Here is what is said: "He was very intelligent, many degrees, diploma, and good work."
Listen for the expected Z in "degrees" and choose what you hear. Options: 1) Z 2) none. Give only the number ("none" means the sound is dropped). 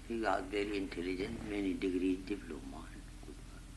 2